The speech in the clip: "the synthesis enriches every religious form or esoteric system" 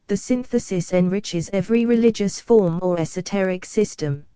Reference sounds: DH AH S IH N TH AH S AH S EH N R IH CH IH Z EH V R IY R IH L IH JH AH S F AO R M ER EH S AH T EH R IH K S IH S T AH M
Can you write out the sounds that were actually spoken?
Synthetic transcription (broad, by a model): DH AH S IH N TH AH S AH S EH N R IH CH IH Z EH V R IY R IH L IH JH AH S F AO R M ER EH S AH T EH R IH K S IH S T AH M